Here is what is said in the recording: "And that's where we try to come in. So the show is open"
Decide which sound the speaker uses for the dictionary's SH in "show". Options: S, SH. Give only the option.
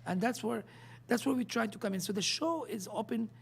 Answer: SH